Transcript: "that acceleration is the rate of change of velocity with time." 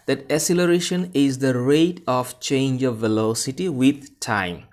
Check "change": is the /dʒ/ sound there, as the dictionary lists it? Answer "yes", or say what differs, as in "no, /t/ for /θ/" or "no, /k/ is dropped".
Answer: yes